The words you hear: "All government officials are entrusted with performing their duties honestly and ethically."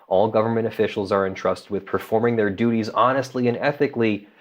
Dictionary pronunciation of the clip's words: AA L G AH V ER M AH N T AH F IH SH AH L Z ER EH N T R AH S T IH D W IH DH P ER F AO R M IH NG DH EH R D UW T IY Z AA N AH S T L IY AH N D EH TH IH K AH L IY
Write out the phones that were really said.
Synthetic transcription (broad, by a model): AA L G AH V ER M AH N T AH F IH SH L Z ER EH N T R AH S T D W IH DH P ER F AO R M IH NG DH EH R D UW T IY Z AA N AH S T L IY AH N EH TH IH K L IY